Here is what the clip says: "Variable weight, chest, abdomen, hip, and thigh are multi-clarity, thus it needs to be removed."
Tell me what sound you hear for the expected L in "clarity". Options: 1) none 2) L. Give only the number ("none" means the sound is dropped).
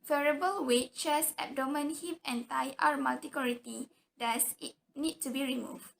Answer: 1